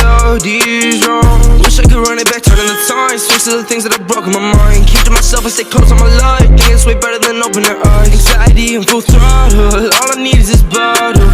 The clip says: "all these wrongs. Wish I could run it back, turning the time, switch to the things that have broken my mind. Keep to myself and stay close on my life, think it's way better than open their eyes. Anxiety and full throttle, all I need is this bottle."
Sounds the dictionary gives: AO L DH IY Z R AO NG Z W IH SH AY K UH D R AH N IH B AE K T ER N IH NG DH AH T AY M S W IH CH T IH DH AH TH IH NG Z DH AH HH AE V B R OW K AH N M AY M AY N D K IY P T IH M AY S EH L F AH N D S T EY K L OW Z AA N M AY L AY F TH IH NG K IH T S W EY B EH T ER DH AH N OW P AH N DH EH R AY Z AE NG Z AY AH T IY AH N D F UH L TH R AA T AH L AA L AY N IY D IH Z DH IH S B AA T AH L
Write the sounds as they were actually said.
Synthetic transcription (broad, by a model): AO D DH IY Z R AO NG W IH SH AY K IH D R AH N IH B AE K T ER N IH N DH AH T AY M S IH S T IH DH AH TH IH NG Z DH AH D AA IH B R OW K AH N M AY M AY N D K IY T IH M AY S EH L F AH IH S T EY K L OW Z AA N M AY L AY F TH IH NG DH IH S W EY B EH T ER DH AH N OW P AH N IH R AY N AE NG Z AY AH T IY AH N F UH L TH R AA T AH AA L AY N IY D IH Z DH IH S B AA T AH